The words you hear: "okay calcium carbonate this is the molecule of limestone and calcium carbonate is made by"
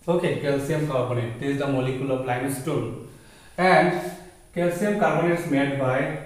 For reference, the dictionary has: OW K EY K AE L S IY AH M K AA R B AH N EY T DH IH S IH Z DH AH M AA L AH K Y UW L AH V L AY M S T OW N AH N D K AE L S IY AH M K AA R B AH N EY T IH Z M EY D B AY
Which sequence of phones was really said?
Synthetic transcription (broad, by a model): OW K EY K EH L S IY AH M K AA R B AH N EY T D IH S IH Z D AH M AA L AH K Y UW L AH P L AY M S T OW L AH N D K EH L S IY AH M K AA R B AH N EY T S M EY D B AY